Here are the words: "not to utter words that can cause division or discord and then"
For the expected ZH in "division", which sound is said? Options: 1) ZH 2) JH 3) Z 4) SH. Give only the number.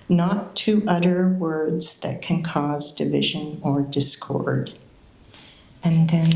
1